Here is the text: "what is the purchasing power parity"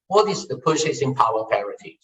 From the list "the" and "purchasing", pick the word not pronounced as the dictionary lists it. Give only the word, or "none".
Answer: purchasing